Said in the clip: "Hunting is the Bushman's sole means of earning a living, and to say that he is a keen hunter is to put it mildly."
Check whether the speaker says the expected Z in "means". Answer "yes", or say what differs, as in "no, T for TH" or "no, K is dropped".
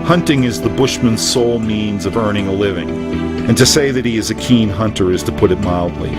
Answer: yes